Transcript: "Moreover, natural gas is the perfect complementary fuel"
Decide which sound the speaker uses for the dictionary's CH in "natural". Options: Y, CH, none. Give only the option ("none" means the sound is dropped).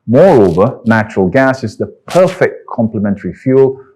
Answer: CH